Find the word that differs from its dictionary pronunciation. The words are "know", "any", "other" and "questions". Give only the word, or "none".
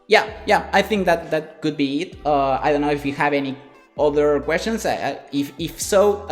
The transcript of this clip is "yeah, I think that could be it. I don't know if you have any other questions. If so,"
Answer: questions